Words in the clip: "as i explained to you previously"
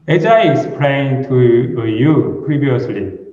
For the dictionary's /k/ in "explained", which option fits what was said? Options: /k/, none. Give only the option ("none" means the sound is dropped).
none